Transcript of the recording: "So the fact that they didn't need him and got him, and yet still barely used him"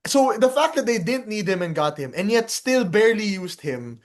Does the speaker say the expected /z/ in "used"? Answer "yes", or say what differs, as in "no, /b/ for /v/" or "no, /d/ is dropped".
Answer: no, /s/ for /z/